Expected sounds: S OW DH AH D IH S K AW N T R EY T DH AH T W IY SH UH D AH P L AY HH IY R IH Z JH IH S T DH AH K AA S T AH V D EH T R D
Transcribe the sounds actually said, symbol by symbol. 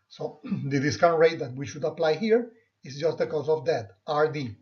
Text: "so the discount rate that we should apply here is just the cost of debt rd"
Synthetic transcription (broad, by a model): S OW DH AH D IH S K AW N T R EY T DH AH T W IY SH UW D AH P L AY HH IY R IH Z JH IH S T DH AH K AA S AH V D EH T R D